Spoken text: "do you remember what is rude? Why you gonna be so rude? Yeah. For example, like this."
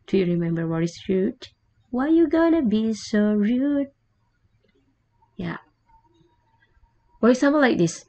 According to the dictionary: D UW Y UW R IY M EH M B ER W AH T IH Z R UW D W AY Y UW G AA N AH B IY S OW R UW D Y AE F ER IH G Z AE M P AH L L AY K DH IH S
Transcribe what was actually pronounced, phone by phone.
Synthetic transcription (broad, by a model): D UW Y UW R IY M EH M B ER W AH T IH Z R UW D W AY Y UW G AA N AH B IY S OW R UW D Y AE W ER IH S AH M AH N L AY K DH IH S